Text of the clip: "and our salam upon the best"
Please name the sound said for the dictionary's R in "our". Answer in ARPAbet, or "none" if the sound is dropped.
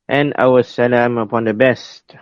W